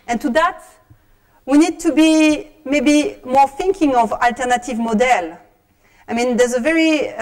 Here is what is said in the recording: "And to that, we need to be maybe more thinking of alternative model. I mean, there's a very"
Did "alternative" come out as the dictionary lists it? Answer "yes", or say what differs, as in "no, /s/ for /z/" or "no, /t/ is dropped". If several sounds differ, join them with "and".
yes